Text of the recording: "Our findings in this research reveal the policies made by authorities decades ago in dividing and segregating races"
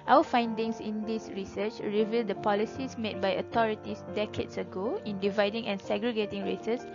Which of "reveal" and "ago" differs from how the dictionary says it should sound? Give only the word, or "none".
none